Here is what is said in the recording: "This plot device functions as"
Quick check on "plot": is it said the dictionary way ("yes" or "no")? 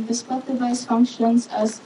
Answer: no